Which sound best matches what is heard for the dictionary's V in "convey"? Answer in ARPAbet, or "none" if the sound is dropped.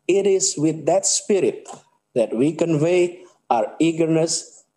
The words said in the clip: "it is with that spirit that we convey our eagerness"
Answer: V